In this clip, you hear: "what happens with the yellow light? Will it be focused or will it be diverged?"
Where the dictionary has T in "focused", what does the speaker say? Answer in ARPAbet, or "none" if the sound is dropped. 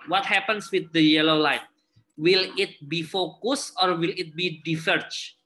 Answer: none